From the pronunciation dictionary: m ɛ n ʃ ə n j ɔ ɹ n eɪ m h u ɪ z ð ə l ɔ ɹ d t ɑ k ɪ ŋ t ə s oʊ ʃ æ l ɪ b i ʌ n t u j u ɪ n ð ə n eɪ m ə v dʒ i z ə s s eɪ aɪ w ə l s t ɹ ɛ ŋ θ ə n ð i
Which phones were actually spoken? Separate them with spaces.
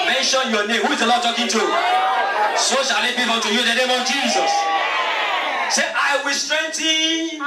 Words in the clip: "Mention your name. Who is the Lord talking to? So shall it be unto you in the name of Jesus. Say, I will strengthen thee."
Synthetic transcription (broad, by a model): m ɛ n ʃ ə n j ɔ n eɪ m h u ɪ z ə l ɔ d t ɑ k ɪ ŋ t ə s oʊ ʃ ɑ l ɪ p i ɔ t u j u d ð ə n eɪ m ə v dʒ i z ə s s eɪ aɪ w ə s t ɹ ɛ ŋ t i